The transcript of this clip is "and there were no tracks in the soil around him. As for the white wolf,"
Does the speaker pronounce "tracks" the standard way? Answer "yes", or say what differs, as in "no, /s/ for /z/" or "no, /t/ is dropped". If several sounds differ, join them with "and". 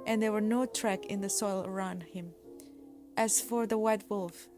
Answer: no, /s/ is dropped